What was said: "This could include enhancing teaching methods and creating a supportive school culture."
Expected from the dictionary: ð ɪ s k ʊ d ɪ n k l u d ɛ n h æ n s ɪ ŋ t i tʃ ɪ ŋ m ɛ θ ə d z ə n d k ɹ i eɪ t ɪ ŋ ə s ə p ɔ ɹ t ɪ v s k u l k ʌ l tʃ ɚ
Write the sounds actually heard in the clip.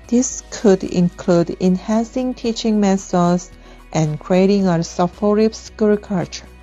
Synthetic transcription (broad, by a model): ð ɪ s k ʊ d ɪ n k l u d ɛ n h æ n s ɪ ŋ t i tʃ ɪ ŋ m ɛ s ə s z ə n k ɹ i eɪ t ɪ ŋ ə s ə f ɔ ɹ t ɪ p s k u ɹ k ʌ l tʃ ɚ